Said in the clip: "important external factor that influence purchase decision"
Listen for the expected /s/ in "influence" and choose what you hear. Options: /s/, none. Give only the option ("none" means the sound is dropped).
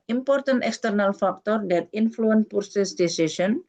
none